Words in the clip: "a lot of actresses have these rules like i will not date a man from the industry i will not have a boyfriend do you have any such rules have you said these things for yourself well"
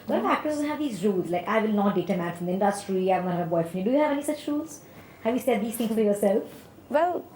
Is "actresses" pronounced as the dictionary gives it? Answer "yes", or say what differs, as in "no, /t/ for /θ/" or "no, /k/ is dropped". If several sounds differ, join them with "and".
no, /ɹ/ is dropped